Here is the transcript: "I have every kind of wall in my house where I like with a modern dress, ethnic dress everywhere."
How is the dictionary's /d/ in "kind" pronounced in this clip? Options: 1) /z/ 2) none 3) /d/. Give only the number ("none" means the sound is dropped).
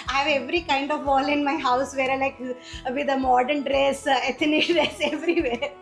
3